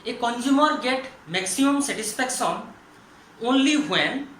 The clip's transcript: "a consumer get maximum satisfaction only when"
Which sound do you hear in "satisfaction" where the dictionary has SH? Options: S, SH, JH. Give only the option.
S